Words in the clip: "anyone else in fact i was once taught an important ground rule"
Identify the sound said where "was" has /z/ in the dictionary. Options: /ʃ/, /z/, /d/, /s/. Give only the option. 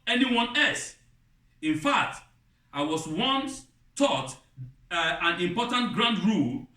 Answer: /s/